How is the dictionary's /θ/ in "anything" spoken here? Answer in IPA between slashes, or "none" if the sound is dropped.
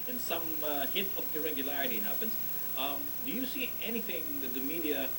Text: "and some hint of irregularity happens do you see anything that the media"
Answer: /θ/